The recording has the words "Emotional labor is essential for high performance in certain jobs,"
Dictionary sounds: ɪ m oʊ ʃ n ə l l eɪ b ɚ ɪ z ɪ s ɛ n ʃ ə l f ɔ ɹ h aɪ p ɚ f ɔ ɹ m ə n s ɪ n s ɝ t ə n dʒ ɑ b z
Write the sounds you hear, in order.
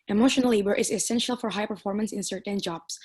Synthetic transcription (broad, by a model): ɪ m oʊ ʃ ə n l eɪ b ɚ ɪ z ɪ s ɛ n ʃ ə l f ɔ ɹ h aɪ p ɚ f ɔ ɹ m ə n s ɪ n s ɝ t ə n dʒ ɑ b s